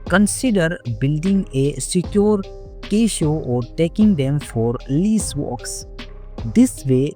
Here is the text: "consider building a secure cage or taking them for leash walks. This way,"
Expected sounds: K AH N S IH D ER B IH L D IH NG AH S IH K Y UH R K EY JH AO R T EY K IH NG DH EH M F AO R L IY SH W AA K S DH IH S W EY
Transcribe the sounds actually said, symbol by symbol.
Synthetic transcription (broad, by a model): K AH N S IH D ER B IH L D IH NG AH S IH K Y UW R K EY SH AO R T EY K IH NG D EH M F AO R L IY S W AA K S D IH S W EY